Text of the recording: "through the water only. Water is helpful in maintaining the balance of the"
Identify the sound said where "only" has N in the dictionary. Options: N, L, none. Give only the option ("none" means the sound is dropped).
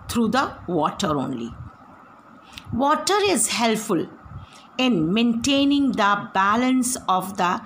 N